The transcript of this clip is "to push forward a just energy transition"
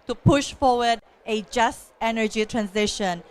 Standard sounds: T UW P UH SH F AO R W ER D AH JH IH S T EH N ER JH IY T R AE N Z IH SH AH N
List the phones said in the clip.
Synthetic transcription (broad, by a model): T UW P UH SH F AO W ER D AH JH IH S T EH N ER JH IY T R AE N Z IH SH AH N